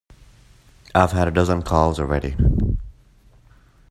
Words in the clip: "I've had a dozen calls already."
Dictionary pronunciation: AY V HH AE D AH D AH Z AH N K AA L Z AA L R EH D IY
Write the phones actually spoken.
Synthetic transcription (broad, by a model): AY V HH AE D AH D AH Z AH N K AA L Z AA L R EH D IY